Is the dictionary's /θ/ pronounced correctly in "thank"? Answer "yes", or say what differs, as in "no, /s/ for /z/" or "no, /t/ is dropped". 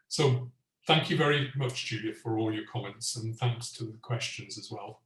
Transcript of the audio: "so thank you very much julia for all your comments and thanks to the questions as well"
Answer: yes